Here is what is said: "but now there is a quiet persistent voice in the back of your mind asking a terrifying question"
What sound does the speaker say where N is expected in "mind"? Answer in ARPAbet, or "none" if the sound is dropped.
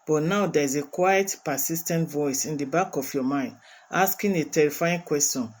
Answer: N